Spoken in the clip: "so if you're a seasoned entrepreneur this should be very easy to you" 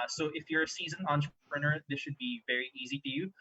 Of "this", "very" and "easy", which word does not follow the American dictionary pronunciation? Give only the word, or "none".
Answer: none